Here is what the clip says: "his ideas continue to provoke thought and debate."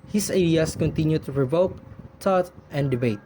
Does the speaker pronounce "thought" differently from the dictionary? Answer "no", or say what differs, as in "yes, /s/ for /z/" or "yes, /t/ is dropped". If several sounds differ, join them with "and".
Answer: yes, /t/ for /θ/